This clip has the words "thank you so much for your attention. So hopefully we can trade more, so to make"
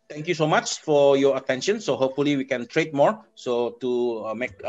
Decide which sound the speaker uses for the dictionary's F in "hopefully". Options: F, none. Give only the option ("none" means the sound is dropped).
F